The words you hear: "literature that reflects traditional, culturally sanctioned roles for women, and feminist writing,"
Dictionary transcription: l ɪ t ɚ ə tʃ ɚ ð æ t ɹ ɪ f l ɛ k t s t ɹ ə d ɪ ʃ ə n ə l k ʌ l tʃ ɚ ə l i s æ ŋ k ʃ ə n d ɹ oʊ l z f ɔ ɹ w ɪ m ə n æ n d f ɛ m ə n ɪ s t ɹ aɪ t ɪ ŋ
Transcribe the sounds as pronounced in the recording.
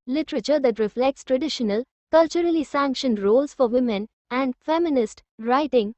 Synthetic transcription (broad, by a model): l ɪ t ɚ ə tʃ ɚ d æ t ɹ ɪ f l ɛ k t s t ɹ ə d ɪ ʃ ə n ə l k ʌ l tʃ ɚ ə l i s æ ŋ k ʃ ə n d ɹ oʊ l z f ɔ ɹ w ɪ m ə n æ n d f ɛ m ə n ɪ s t ɹ aɪ t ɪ ŋ